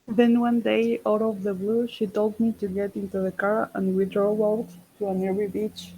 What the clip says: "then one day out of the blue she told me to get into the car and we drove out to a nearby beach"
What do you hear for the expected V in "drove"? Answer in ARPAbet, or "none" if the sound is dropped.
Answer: none